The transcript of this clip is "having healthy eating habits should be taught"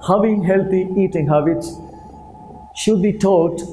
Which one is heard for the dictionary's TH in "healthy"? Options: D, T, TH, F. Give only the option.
T